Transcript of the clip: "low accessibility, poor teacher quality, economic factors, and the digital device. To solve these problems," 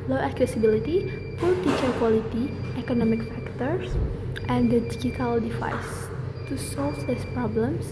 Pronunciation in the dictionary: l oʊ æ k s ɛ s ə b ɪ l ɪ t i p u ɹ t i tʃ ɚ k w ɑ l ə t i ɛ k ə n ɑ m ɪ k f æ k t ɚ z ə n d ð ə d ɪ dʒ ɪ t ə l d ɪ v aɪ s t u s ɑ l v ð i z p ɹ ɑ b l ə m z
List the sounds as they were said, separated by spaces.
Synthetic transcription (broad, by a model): l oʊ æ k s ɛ s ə b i l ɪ t i f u l t i tʃ ɚ k w ɑ l ə t i ɛ k ə n ɑ m ɪ k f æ k t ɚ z ə n d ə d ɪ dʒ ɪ t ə l d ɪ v aɪ s t u s ɑ l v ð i s p ɹ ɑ b l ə m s